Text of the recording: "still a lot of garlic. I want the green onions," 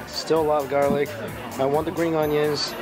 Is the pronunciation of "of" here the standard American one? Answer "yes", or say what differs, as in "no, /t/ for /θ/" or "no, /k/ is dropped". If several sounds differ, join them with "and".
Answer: yes